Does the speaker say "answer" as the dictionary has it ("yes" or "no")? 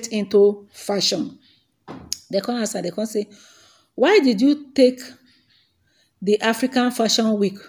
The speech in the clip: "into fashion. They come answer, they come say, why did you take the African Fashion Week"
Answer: no